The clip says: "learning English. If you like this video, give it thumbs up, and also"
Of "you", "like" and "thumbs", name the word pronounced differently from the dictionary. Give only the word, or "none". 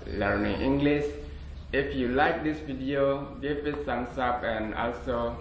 thumbs